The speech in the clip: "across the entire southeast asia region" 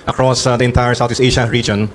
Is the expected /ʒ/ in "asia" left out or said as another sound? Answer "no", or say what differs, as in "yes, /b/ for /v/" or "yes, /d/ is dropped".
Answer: yes, /ʃ/ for /ʒ/